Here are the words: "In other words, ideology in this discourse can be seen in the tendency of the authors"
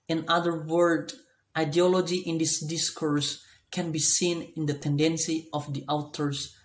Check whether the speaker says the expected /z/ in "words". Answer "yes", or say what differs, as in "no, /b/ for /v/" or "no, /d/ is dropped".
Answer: no, /z/ is dropped